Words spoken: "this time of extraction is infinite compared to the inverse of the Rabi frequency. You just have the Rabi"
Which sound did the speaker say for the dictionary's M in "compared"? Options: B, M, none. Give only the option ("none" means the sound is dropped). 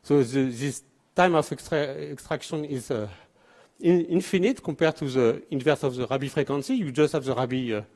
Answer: none